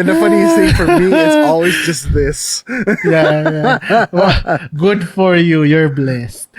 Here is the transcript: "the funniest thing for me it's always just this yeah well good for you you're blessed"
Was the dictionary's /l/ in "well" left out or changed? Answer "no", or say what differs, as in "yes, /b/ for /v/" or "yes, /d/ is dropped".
yes, /w/ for /l/